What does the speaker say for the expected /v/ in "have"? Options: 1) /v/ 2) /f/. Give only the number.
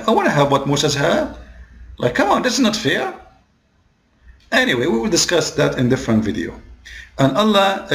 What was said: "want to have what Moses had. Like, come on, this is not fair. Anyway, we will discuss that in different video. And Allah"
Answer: 1